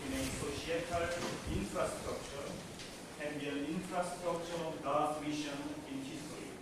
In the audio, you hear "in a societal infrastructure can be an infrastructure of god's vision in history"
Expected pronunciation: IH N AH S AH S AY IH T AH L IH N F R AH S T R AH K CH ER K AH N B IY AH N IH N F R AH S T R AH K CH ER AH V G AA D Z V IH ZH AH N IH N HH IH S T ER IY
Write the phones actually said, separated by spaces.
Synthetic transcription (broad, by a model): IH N AH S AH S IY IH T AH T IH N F R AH S T R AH K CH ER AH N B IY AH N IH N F R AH S T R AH K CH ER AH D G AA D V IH SH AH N IH N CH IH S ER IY